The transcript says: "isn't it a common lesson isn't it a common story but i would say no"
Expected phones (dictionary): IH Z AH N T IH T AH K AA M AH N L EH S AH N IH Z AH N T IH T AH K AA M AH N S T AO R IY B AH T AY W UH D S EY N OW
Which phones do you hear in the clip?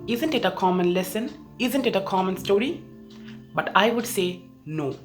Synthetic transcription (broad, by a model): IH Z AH N T IH T AH K AA M AH N L EH S AH N IH Z AH N T IH T AH K AA M AH N S T AO R IY B AH T AY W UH D S EY N OW